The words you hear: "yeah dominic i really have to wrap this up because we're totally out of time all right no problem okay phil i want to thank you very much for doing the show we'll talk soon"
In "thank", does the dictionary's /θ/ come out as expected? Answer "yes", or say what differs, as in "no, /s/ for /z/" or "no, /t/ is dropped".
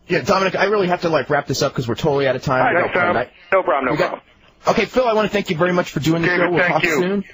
yes